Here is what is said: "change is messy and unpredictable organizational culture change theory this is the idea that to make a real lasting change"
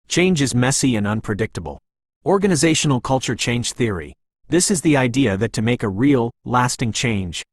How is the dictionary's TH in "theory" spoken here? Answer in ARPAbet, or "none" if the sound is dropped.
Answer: TH